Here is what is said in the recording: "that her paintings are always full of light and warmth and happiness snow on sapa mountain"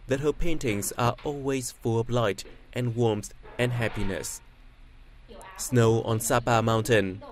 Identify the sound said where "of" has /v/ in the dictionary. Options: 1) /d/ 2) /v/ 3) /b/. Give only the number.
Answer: 3